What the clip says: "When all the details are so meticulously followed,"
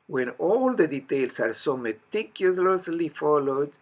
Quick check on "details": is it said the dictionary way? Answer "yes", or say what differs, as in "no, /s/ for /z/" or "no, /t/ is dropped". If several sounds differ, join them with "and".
no, /s/ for /z/